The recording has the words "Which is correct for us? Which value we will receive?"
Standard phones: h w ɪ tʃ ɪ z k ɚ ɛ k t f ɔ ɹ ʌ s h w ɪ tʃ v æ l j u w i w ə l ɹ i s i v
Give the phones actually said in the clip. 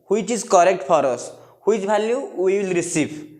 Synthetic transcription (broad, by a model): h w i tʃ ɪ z k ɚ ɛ k t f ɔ ɹ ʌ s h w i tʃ b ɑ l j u w i w ə l ɹ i s i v